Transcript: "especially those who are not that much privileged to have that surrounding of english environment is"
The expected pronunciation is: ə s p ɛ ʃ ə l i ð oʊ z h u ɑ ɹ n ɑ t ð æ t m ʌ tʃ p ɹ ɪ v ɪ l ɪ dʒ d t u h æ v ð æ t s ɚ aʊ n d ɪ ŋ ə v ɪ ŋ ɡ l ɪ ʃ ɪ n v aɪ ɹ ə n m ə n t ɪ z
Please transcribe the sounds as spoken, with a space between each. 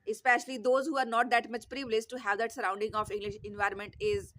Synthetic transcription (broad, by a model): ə s p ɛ ʃ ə l i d oʊ z h u ɑ ɹ n ɑ t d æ t m ʌ tʃ p ɹ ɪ v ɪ l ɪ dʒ t u h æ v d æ t s ɚ aʊ n d ɪ ŋ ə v ɪ ŋ ɡ l ɪ ʃ ɪ n v aɪ ɹ ə n m ə n t ɪ z